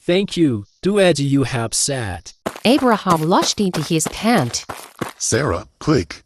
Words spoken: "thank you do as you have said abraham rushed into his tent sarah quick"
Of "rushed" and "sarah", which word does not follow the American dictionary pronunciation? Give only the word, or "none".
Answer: rushed